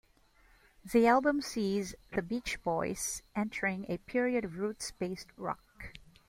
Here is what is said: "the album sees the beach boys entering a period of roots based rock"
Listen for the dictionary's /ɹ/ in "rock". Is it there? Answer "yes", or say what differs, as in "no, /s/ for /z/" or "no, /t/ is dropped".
yes